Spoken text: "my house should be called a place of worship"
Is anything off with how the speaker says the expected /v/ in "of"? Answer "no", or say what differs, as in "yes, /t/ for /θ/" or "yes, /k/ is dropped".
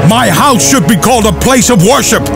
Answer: no